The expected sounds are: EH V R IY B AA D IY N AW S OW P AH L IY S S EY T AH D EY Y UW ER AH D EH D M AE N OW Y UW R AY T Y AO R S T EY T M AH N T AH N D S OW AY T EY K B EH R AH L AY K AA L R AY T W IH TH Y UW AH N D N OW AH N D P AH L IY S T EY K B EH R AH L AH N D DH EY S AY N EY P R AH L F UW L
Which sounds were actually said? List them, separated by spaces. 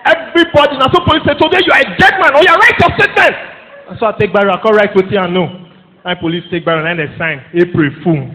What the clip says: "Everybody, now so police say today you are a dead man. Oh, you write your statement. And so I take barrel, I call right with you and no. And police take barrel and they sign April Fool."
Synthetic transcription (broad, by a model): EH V R IY B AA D IY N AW S OW P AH L IY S S EY T AH D EY Y UW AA AH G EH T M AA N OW Y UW R AY T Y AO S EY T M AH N AH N S OW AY T EY K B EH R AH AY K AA R AY T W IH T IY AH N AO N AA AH P AH L IY S T EY K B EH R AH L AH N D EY S AY N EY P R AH F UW